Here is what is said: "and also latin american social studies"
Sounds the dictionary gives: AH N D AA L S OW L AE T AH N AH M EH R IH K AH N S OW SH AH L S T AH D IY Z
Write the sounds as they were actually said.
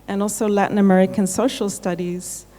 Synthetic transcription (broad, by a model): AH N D AA L S OW L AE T N AH M EH R IH K AH N S OW SH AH L S T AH D IY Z